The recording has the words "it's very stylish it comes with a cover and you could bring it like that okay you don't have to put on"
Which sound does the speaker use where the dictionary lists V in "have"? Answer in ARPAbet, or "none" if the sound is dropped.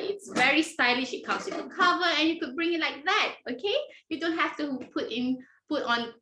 P